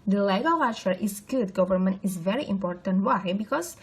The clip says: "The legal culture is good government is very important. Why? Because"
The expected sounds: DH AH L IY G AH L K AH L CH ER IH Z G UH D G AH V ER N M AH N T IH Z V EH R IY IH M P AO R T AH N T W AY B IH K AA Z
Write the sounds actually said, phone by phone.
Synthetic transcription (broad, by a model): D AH L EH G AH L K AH CH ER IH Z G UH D G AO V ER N M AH N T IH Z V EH R IY IH M P AO R T AH N T W AY B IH K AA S